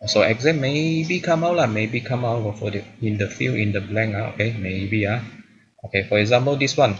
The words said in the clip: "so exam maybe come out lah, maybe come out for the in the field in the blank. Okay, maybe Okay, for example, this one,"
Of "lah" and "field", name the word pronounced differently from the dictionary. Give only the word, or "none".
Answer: field